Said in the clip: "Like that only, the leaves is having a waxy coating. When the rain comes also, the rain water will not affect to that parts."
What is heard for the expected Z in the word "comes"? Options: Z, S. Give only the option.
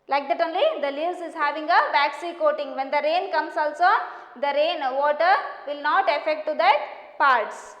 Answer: S